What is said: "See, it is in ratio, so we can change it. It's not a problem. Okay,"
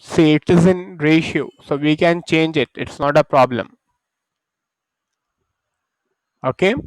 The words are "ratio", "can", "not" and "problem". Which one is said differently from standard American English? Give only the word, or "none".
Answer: none